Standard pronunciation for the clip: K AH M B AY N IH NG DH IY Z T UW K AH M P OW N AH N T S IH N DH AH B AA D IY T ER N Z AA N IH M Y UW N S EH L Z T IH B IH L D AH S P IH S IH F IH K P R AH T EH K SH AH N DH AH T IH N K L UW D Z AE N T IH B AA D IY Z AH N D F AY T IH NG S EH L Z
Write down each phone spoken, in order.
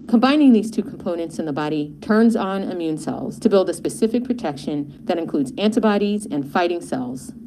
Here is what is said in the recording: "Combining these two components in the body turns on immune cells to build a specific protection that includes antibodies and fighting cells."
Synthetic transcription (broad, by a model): K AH M B AY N IH NG DH IY Z T UW K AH M P OW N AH N T S IH N DH AH B AA D IY T ER N Z N IH M Y UW N S EH L Z T IH B IH L D AH S P IH S IH F IH K P R AH T EH K SH AH N DH AH T IH N K L UW D Z AE N T IH B AA D IY Z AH N F AY T IH NG S EH L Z